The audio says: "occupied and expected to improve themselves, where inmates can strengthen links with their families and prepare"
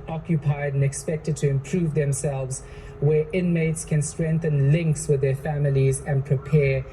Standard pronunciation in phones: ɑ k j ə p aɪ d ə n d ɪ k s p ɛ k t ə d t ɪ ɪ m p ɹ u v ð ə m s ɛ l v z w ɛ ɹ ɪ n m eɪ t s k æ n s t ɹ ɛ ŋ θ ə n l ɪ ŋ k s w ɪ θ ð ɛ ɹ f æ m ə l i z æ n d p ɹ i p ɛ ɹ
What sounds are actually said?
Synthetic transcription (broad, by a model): ɑ k j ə p aɪ d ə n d ɪ k s p ɛ k t ə d t ɪ ɪ m p ɹ u v ð ə m s ɛ l v z w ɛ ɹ ɪ n m eɪ t s k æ n s t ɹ ɛ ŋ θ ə n l ɪ ŋ k s w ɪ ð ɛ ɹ f æ m ə l i z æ n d p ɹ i p ɛ